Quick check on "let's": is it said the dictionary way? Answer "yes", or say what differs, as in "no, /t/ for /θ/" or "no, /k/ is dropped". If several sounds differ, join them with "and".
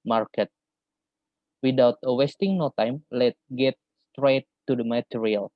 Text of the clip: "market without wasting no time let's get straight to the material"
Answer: no, /s/ is dropped